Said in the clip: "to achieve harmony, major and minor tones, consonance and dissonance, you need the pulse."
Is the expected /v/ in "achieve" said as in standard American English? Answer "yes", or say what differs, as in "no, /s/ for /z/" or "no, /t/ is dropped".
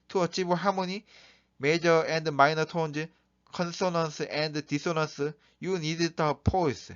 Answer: no, /b/ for /v/